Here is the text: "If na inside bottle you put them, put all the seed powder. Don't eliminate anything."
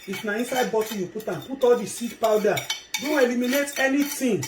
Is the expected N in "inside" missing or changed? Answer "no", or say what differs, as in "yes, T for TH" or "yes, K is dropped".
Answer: no